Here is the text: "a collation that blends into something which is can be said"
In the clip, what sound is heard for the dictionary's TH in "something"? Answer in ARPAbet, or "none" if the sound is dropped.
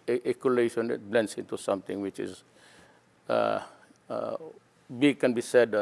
T